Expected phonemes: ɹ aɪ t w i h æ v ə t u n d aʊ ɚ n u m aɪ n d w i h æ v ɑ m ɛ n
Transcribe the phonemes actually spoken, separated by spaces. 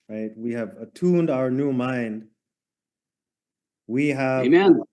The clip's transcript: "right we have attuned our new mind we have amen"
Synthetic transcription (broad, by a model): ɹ aɪ t w i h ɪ v ə t u n d aʊ ɚ n u m aɪ n d w i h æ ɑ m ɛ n